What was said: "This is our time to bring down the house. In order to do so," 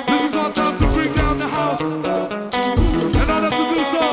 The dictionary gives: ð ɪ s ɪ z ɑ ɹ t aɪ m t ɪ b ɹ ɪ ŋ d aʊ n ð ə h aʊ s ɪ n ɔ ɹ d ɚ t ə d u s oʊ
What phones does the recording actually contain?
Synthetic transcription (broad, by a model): ð ɪ s ɪ z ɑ l t aɪ m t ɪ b ɹ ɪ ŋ d aʊ n ð ə h aʊ s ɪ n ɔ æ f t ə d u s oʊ